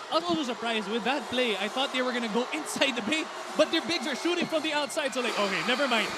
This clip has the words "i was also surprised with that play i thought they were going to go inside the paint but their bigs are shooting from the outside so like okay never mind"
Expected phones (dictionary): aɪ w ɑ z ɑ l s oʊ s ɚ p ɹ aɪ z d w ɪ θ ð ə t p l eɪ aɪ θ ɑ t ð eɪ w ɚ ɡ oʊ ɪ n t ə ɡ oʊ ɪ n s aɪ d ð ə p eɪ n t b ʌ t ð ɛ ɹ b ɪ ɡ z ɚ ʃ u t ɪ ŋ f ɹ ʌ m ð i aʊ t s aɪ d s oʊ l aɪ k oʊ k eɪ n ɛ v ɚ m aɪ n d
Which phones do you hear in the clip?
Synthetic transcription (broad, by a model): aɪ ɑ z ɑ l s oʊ s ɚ p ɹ aɪ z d w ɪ ð ə t p l eɪ aɪ θ ɑ t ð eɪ w ɚ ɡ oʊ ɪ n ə ɡ oʊ ɪ n s aɪ d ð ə b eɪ t b ʌ t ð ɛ ɹ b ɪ ɡ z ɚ ʃ u t ɪ ŋ f ɹ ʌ m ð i aʊ t s aɪ d s oʊ l aɪ k oʊ k eɪ n ɛ v ɚ m aɪ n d